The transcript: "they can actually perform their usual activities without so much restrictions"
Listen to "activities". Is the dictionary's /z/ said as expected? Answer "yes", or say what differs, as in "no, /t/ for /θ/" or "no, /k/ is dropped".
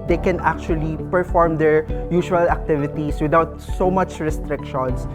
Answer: no, /s/ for /z/